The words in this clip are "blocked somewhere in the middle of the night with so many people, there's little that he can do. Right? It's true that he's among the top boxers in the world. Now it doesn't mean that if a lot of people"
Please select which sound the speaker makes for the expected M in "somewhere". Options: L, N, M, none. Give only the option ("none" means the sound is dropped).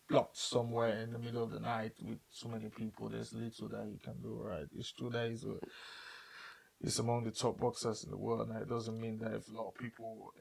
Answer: M